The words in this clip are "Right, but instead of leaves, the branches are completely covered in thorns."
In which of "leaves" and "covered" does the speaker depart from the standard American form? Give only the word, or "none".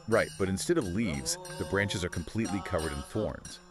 none